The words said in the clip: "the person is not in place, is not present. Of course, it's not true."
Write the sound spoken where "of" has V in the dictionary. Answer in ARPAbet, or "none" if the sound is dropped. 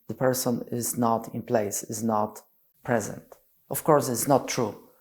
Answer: F